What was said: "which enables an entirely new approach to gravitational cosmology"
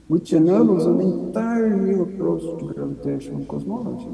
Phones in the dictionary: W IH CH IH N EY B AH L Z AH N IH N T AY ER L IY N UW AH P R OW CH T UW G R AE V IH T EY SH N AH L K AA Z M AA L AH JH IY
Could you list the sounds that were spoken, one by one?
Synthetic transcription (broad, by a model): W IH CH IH N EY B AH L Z AH N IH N T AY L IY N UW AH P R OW S T UW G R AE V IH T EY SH AH N K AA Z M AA L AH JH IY